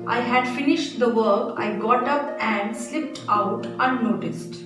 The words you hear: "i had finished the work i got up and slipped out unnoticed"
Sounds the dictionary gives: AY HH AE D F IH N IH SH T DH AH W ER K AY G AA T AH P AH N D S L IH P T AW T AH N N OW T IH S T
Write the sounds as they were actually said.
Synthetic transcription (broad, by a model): AY HH AE D F IH N IH SH T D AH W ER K AY G AA T AH P AH N D S L IH P T AW T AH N N OW T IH S T